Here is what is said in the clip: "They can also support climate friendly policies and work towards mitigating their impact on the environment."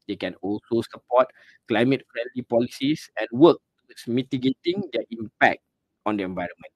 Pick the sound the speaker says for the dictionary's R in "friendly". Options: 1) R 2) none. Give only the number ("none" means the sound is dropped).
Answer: 1